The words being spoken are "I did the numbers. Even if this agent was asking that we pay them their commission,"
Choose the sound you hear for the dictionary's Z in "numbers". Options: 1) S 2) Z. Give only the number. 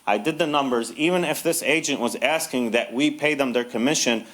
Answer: 2